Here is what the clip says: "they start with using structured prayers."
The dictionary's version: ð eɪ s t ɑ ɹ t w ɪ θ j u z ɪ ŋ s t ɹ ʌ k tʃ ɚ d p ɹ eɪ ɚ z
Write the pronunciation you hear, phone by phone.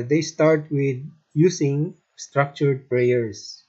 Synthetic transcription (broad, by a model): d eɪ s t ɑ ɹ t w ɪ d j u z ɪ ŋ s t ɹ ʌ k tʃ ɚ d p ɹ eɪ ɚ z